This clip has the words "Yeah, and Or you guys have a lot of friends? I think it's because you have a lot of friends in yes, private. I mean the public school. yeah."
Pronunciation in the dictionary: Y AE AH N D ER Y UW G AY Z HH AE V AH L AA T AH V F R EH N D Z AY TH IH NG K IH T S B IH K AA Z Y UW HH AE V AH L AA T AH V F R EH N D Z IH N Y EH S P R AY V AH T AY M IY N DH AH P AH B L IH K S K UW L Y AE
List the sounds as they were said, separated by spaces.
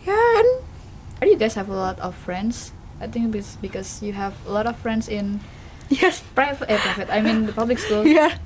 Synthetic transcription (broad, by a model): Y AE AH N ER Y UW G AY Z HH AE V AH L AA T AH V F R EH N D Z AY T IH NG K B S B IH K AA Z Y UW HH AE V AH L AA T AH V F R EH N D S IH N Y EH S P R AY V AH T AY M IY N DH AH P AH B L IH K S K UW L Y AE